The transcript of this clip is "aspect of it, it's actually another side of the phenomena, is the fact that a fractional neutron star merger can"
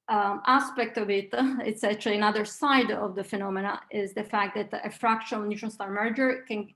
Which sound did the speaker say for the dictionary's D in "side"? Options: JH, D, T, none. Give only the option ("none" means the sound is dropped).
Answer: D